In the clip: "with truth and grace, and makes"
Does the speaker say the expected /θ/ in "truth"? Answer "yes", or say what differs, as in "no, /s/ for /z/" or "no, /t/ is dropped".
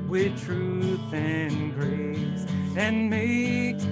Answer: yes